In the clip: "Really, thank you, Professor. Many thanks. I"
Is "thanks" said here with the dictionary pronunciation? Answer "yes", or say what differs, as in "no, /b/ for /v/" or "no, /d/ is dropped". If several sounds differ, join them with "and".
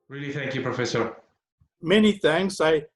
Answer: no, /k/ is dropped